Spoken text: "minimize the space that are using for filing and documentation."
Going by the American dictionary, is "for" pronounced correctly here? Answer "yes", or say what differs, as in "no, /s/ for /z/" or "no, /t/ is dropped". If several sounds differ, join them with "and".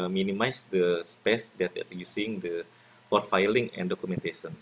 no, /p/ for /f/